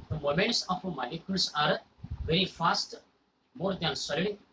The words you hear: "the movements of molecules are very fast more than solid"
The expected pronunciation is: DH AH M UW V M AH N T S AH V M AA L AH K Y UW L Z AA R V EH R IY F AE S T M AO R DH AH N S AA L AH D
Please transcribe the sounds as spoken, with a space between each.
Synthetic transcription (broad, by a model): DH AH M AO M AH N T S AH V M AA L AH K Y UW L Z AA R V EH R IY F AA S T M AO R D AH N S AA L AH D